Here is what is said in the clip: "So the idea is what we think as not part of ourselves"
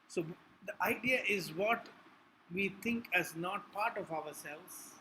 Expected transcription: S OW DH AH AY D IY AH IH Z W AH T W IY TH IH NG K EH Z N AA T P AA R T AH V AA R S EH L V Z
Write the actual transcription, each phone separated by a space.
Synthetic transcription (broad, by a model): S OW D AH AY D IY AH IH Z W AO T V IY T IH NG K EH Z N AA T P AA R T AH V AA R S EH L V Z